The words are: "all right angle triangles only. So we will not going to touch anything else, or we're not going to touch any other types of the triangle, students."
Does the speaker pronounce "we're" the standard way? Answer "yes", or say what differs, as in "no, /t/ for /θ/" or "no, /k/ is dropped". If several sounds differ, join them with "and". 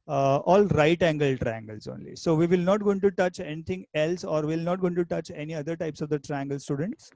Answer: no, /l/ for /ɹ/